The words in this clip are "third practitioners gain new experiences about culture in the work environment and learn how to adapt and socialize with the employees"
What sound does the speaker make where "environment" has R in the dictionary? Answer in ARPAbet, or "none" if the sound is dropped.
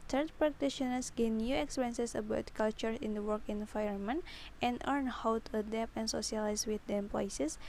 none